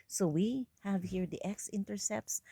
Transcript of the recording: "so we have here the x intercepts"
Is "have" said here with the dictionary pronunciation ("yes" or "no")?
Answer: yes